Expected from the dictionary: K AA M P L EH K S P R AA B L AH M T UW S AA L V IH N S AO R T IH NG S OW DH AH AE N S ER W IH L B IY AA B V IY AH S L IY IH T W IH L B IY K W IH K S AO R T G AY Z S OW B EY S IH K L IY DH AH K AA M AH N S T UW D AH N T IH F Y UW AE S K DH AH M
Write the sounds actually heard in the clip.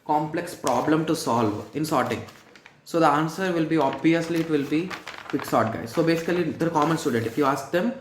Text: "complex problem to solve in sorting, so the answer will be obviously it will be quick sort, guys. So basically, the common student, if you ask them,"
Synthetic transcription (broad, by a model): K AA M P L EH K S P R AA B L AH M T UW S AA L V IH N S AO R T IH NG S OW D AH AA N S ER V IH L B IY AA B V IY AH S L IY IH T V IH L B IY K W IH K S AO R T G AY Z S OW B EY S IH K L IY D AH K AA M AH N S T UW D AH N T IH F Y UW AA S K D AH M